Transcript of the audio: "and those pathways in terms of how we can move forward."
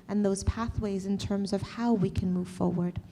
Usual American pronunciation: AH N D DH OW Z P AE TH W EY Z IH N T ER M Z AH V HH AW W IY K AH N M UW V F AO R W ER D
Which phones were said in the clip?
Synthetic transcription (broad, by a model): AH N DH OW Z P AE TH W EY Z IH N T ER M Z AH V HH AW W IY K AH N M UW V F AO R W ER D